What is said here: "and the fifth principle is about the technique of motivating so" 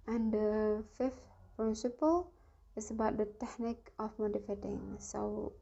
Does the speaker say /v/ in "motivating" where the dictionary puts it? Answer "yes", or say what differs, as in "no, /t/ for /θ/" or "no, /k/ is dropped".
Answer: no, /f/ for /v/